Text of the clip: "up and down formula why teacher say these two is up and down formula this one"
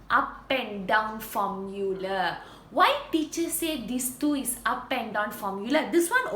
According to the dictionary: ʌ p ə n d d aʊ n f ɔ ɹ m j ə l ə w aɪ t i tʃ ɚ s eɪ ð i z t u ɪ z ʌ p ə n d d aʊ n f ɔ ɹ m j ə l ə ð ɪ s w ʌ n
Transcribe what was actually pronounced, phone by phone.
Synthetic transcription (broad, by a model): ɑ p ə n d d aʊ n f ɔ m j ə l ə w aɪ t i tʃ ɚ s eɪ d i s t u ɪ s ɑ p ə n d d aʊ n f ɔ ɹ m j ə l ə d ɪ s w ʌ n